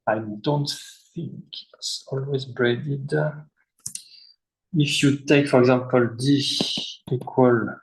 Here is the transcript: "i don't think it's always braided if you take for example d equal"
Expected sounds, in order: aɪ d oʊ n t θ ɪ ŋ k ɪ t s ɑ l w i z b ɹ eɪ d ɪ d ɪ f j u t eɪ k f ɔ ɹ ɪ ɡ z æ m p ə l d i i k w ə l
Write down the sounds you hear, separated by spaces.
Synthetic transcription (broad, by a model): aɪ d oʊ n t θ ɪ ŋ k ɪ t s ɑ l w i z b ɹ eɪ d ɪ d ɪ f j u t eɪ k f ɔ ɹ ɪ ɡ z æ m p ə l d i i k w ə l